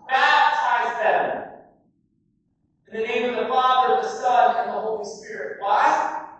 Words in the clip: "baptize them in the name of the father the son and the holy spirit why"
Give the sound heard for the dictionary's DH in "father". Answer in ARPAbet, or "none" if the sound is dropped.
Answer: DH